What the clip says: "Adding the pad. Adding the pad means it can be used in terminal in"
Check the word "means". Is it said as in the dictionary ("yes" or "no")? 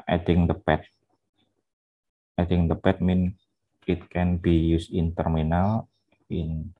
no